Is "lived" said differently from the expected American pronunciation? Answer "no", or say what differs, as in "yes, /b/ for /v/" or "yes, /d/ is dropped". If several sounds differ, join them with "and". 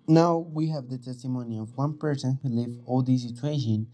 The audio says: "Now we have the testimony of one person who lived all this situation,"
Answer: yes, /d/ is dropped